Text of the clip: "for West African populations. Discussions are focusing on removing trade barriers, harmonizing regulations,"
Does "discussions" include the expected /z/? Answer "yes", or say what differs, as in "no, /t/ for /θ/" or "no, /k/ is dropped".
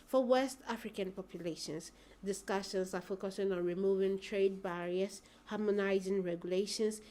no, /s/ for /z/